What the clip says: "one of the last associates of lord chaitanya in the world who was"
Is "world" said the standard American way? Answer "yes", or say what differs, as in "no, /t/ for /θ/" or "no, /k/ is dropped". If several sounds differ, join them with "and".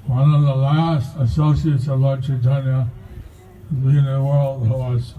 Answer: yes